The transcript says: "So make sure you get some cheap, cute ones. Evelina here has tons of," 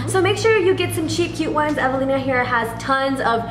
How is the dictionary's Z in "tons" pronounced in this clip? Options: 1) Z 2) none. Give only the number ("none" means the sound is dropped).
1